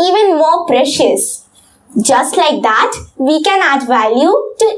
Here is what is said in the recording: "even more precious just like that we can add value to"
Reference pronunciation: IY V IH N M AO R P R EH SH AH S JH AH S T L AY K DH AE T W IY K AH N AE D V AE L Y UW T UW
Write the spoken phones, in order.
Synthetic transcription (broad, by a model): IY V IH N M AO R P R EH SH AH S JH AH S T L AY K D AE T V IY K AH N AE D V AE L Y UW T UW